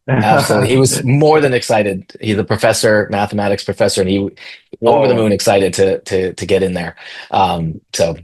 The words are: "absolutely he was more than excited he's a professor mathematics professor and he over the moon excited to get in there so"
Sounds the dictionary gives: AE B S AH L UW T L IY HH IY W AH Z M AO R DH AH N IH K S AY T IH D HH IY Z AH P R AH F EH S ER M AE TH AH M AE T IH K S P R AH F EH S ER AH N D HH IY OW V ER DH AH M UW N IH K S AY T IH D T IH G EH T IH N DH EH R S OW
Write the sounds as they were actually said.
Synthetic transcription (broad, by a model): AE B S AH L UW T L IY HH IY W AH Z M AO R DH AH N IH K S AY T IH D HH IY Z AH P R AH F EH S ER M AE TH AH M AE T IH K S P R AH F EH S ER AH N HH IY OW V ER DH AH M UW N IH K S AY T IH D T IH G EH T IH N DH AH R S OW